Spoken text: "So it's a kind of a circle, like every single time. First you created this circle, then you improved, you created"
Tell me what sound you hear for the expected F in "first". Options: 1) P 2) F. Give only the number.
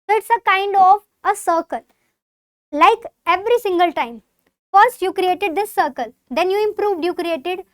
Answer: 2